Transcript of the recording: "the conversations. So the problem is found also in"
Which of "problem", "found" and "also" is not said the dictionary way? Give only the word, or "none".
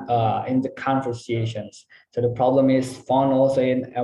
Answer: found